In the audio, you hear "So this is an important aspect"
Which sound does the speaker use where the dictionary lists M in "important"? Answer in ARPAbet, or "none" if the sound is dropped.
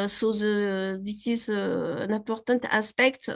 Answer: none